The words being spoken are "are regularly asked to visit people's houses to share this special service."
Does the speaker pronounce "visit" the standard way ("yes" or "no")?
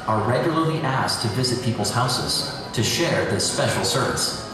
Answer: yes